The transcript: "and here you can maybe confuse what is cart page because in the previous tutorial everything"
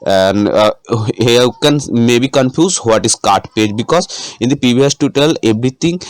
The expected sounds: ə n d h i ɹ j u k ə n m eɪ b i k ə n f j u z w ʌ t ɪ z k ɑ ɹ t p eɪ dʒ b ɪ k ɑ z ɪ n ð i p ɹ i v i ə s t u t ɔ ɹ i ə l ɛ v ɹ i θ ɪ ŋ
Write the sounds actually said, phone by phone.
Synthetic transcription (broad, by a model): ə n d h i k ə n m eɪ b i k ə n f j u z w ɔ t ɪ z k ɑ ɹ t p eɪ dʒ b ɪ k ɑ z ɪ n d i p i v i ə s t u t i l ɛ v ɹ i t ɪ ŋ